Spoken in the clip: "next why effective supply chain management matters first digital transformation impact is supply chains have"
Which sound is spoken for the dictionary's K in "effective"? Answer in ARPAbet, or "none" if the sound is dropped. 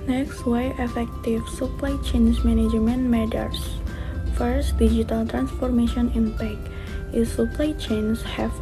K